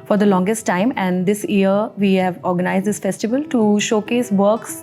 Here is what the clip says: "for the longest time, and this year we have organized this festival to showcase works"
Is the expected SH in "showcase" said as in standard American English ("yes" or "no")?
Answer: yes